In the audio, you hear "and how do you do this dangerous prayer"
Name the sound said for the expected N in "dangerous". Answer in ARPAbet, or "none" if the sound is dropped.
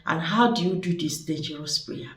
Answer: none